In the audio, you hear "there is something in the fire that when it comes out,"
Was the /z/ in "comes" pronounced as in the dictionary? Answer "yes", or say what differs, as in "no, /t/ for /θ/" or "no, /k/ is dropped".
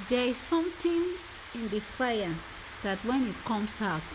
no, /s/ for /z/